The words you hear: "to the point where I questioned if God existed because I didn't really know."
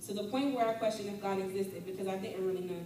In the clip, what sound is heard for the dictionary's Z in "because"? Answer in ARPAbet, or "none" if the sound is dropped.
Z